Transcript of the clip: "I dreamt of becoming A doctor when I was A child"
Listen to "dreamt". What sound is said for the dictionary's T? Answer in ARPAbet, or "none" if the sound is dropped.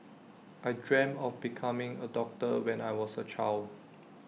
none